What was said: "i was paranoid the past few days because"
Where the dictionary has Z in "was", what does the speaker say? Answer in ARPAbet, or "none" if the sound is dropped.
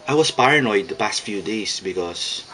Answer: S